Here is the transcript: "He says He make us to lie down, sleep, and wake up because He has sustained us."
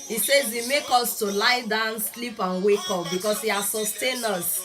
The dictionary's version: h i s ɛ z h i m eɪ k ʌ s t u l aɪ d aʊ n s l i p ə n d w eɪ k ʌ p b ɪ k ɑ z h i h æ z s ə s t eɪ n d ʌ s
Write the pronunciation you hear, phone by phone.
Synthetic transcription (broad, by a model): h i s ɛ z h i m eɪ k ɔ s t u l aɪ d aʊ n s l i p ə n w eɪ k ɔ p b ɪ k ɑ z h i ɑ s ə s t eɪ n ʌ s